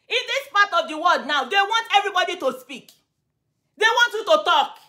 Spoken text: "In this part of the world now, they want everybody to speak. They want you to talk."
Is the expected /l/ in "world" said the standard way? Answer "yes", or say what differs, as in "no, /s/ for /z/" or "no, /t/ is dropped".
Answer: no, /l/ is dropped